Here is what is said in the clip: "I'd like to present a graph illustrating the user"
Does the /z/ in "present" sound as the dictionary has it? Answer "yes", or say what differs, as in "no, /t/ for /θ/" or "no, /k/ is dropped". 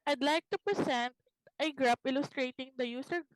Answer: no, /s/ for /z/